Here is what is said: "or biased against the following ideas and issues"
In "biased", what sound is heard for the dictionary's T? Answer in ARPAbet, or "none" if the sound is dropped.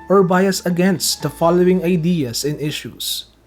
none